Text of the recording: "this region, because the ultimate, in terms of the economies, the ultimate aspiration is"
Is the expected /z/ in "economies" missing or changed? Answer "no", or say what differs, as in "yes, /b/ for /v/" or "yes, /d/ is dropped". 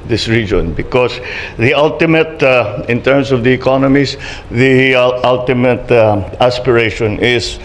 yes, /s/ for /z/